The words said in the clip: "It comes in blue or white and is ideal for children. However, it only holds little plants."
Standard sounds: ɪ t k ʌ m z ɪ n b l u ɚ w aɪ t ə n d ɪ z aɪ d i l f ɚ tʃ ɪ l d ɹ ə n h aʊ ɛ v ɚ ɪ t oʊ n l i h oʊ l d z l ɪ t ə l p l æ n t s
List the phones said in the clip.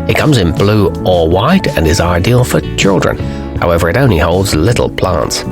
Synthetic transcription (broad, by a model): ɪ t k ʌ m z ɪ n b l u ɚ w aɪ t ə n ɪ z aɪ d i l f ɚ tʃ ɪ l d ɹ ə n h aʊ ɛ v ɚ ɪ t oʊ n l i h oʊ l d z l ɪ t l p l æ n t s